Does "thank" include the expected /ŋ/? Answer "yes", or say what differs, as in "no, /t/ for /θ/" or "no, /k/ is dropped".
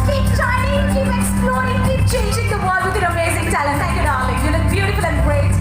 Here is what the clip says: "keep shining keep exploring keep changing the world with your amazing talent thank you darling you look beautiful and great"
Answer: no, /ŋ/ is dropped